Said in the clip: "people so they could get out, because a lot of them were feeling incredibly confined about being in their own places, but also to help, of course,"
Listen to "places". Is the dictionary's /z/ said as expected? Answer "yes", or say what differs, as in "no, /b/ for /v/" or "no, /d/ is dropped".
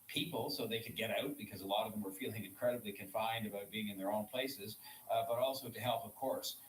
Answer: yes